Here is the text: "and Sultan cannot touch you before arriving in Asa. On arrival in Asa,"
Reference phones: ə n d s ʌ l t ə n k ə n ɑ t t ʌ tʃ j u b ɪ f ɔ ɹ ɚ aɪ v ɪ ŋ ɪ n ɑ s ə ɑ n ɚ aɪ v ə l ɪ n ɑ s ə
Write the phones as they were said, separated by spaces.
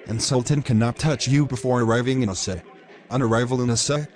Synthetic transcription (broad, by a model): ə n s ʌ l t ə n k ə n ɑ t t ʌ tʃ j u b ɪ f ɔ ɹ ɚ aɪ v ɪ ŋ ɪ n s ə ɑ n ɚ aɪ v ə l ɪ n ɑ s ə